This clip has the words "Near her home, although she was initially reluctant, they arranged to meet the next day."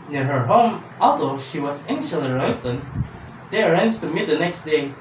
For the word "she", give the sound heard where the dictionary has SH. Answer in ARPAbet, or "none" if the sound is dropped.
SH